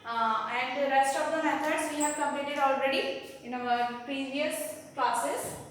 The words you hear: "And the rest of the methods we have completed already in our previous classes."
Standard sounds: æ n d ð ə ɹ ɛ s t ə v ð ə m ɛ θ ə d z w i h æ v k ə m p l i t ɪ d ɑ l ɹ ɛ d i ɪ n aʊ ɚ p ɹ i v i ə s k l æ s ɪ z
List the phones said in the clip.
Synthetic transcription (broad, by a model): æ n d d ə ɹ ɛ s t ə v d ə m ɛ t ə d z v i h æ v k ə m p i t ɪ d ɑ l ɹ ɛ d i ɪ n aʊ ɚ p ɹ i v i ə s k l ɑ s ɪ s